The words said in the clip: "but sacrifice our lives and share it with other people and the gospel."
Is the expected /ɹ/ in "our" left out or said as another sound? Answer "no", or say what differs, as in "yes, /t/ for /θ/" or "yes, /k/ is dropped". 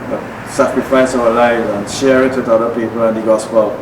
yes, /w/ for /ɹ/